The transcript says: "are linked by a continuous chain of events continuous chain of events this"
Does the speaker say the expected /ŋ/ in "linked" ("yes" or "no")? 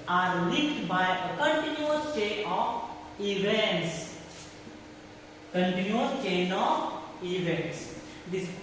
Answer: no